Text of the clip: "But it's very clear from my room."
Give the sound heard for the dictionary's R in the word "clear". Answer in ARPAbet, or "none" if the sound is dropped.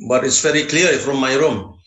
L